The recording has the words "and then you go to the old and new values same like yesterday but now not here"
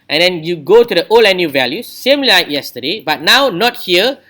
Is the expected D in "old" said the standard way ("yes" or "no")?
no